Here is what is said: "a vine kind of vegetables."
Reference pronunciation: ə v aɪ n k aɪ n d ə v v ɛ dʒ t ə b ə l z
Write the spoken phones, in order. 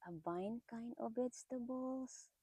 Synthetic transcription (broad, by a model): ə b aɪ n k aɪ n ə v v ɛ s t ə b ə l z